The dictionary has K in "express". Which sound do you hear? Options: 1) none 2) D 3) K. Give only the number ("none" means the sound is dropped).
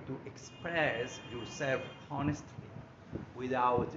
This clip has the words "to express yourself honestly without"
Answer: 3